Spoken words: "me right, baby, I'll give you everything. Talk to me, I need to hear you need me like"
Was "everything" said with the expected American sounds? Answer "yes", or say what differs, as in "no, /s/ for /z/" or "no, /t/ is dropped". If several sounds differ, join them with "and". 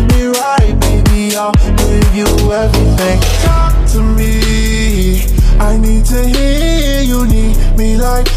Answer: yes